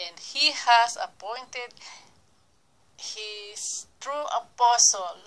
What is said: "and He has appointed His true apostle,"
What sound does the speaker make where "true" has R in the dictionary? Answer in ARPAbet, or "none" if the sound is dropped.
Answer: R